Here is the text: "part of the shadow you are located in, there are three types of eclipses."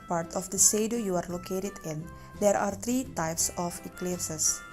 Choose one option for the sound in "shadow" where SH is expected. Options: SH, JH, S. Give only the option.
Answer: S